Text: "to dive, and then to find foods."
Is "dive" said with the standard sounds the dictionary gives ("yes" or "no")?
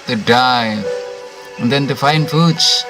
no